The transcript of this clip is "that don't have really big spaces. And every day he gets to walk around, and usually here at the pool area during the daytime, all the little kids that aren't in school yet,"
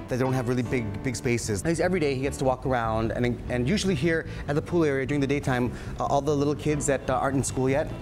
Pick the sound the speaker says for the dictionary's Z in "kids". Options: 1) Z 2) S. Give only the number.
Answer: 1